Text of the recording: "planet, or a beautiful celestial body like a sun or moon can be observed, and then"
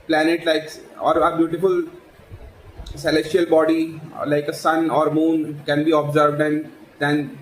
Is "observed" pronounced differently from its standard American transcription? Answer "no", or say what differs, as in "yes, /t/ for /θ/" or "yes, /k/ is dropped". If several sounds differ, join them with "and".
no